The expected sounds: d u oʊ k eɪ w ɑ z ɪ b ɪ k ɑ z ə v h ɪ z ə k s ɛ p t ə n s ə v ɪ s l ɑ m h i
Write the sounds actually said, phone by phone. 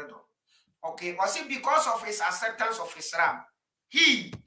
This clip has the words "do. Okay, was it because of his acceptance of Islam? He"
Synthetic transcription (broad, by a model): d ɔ oʊ k eɪ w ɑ s ɪ b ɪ k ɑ s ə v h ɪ s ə s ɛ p t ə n s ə f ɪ s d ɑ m h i